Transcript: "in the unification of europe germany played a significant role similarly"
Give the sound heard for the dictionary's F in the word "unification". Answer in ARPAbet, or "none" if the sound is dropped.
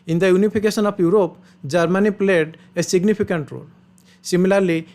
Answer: P